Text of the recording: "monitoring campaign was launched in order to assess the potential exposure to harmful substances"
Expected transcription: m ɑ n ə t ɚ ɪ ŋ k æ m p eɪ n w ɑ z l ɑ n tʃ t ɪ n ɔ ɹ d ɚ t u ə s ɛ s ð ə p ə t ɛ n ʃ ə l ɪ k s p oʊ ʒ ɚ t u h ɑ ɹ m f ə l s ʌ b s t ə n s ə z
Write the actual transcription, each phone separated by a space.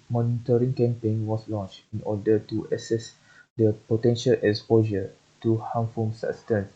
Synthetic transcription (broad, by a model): m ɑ n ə t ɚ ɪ ŋ k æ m p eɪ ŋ w ɑ s l ɑ n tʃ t ɪ n ɔ d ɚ t u ə s ɛ s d ə p ə t ɛ n ʃ ə l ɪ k s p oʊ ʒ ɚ t u h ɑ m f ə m s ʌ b s t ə n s